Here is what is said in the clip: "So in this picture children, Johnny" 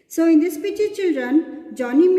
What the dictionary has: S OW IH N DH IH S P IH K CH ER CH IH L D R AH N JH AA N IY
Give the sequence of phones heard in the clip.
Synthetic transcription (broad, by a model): S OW IH N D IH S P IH CH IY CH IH L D R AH N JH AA N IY